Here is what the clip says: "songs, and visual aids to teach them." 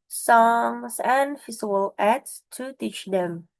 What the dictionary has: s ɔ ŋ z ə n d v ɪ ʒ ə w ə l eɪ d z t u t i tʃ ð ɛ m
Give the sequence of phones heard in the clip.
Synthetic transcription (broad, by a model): s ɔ ŋ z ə n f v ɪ z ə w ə l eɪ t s t u t i tʃ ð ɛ m